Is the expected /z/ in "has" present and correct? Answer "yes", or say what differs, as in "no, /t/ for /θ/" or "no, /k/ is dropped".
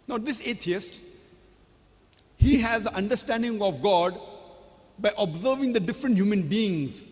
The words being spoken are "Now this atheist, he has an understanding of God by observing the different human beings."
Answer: yes